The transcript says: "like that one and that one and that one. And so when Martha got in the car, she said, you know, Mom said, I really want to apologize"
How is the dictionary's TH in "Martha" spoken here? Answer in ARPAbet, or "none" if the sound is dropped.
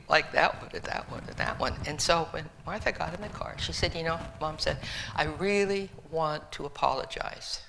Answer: TH